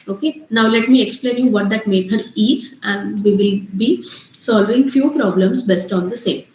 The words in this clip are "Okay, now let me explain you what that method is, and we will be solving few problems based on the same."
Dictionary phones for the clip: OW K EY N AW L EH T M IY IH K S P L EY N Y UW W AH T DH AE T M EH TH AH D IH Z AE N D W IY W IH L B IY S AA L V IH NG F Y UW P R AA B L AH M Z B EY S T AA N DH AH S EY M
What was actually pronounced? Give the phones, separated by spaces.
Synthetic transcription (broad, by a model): OW K EY N AW L EH T M IY IH K S P L EY N Y UW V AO T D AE T M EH T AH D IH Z AE N D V IY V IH L B IY S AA L V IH NG F Y UW P R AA B L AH M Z B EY S T AA N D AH S EY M